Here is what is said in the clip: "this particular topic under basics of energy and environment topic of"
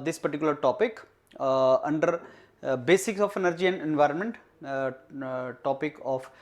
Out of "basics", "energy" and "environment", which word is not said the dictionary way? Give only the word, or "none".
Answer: none